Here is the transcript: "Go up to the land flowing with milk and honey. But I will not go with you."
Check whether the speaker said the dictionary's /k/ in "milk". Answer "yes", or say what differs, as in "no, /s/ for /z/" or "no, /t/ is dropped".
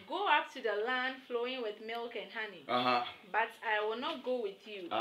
yes